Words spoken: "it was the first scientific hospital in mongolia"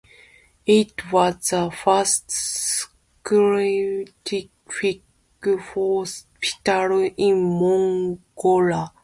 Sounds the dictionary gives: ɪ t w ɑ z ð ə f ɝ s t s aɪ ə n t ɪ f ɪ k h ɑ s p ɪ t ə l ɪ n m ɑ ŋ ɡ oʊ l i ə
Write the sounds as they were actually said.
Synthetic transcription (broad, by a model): ɪ t w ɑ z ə f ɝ s t s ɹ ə t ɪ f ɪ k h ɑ s p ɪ t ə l ɪ n m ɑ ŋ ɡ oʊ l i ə